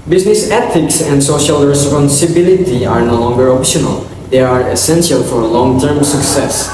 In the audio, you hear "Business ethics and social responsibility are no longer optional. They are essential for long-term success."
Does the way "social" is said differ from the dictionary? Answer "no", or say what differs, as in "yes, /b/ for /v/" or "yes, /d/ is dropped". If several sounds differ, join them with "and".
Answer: no